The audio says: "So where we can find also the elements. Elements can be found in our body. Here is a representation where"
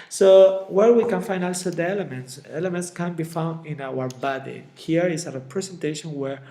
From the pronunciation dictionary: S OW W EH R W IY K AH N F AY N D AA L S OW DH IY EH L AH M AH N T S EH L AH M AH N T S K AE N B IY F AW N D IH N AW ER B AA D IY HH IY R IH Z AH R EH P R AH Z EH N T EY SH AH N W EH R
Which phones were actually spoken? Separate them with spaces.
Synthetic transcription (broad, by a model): S OW W EH R W IY K AH N F AY N D AA L S OW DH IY EH L AH M AH N T S EH L AH M AH N T S K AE N B IY F AW N D IH N AW ER B AA D IY HH IY R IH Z AH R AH P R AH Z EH N T EY SH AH N W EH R